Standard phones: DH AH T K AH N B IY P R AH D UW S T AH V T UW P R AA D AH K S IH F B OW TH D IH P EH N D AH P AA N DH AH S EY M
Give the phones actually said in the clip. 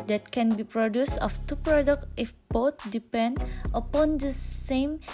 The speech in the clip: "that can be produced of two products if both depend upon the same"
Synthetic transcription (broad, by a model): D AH T K AH N B IY P R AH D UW S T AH F T UW P R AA D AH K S IH F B OW T D IH P EH N D AH P AA N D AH S EY M